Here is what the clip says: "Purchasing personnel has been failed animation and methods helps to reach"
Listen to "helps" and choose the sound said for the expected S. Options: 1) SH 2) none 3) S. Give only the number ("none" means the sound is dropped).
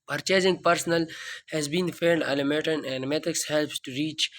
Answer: 3